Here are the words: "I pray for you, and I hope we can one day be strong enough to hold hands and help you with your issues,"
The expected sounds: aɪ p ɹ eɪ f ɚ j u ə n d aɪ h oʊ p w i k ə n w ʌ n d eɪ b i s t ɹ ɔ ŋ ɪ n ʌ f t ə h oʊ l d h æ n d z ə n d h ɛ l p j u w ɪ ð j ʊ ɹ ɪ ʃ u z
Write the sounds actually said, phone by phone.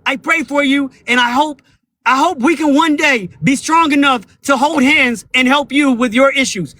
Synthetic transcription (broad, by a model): aɪ p ɹ eɪ f ɚ j u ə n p aɪ h oʊ p w i k ə n w ʌ n d eɪ b i s t ɹ ɔ ŋ ɪ n ʌ f t ə h oʊ l d h æ n d z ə n h ɛ l p j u w ɪ ð j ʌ ɹ ɪ ʃ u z